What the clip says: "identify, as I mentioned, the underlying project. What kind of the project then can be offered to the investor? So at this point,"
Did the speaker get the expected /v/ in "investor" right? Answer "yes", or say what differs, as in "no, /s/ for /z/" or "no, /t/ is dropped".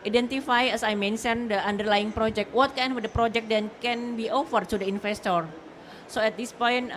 no, /f/ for /v/